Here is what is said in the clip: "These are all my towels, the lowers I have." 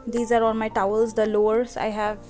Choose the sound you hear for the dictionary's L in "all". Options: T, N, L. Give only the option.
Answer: N